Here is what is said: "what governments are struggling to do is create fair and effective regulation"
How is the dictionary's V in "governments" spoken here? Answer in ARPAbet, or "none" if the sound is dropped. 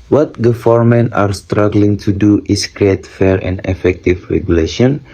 F